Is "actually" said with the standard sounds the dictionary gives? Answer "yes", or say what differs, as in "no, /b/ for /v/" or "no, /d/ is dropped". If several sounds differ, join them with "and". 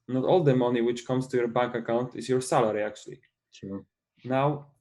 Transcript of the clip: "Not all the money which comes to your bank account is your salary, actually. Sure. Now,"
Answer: no, /l/ is dropped